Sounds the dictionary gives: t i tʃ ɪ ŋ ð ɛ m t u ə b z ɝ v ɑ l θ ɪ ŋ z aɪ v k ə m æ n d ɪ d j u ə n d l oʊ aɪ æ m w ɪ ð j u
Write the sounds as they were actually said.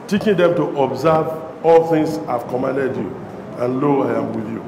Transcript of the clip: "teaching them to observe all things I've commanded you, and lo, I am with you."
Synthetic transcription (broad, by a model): t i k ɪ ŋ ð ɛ m t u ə b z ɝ v ɑ l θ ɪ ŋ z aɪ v k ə m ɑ n d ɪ d j u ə n l oʊ aɪ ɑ m w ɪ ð j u